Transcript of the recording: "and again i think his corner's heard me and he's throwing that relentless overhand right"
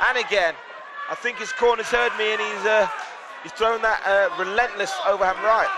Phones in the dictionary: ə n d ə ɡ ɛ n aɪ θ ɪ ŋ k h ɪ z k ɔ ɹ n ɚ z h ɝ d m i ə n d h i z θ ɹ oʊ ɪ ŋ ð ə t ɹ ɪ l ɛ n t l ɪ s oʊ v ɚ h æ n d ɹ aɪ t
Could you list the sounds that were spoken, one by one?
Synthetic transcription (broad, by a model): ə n ə ɡ ɛ n aɪ θ ɪ ŋ k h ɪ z k ɔ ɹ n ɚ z h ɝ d m i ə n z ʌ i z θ ɹ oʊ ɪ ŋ ð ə t ɹ ɪ l ɛ n t l ɪ s oʊ v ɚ h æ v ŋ ɹ aɪ t